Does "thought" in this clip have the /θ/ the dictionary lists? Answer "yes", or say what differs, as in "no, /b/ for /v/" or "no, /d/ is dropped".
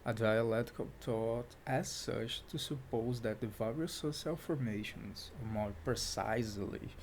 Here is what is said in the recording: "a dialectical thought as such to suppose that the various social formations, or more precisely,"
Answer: no, /t/ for /θ/